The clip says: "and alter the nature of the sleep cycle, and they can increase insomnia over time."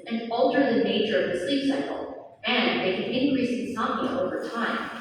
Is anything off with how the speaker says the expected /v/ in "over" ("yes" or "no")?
no